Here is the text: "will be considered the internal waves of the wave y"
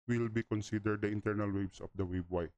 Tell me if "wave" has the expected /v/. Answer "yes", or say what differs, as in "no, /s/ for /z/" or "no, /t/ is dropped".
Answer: no, /b/ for /v/